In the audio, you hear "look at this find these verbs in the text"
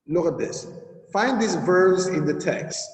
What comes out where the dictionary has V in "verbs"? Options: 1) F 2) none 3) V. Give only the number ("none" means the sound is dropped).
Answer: 3